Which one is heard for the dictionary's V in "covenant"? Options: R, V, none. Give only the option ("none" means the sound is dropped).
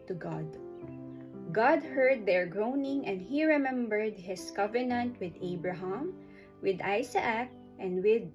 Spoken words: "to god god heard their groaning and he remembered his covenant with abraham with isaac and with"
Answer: V